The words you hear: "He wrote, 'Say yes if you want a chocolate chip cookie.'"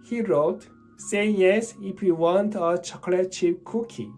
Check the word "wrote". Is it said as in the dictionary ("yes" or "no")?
yes